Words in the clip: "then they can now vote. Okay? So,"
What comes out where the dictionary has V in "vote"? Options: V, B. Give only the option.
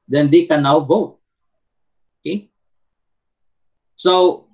V